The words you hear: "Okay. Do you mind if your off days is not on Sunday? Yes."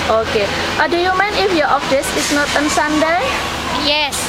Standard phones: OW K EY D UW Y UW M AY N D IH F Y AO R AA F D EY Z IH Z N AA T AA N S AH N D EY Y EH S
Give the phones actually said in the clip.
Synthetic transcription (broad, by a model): OW K EY D UW Y UW M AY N IH F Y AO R AA F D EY S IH S N AA T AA N S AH N D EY Y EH S